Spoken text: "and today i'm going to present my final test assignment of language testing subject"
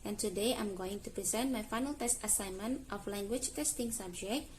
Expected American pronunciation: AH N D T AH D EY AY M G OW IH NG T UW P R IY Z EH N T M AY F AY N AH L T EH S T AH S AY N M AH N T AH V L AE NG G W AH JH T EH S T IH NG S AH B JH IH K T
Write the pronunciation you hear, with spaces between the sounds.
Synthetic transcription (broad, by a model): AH N T AH D EY AY M G OW IH NG T UW P R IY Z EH N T M AY F AY N AH L T EH S T AH S AY N M AH N T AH F L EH NG G W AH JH T EH S T IH NG S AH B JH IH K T